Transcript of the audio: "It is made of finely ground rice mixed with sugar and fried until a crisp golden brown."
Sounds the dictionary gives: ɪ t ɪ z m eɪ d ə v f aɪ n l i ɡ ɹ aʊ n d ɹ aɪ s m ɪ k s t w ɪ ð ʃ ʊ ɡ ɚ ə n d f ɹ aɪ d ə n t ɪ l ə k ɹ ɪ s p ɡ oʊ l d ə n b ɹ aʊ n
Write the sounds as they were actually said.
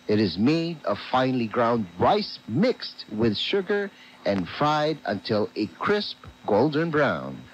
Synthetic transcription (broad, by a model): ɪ t ɪ z m eɪ d ə v f aɪ n l i ɡ ɹ aʊ n d ɹ aɪ s m ɪ k s t w ɪ ð ʃ ʊ ɡ ɚ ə n f ɹ aɪ d ə n t ɪ l ə k ɹ ɪ s p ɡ oʊ l d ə n b ɹ aʊ n